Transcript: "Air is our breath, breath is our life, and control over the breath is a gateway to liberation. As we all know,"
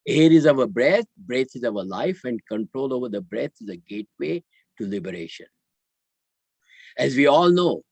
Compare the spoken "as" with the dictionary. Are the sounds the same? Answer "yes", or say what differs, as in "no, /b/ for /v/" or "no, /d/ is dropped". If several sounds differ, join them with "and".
yes